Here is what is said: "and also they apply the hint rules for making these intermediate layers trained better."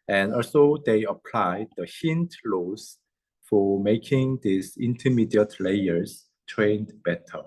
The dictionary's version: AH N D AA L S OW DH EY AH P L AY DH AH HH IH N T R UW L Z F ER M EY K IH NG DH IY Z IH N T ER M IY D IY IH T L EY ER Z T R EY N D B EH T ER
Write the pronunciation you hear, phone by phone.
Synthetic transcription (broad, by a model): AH N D AA L S OW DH EY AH P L AY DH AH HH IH N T L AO Z F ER M EY K IH NG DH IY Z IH N T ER M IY D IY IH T L EY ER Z T R EY N D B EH T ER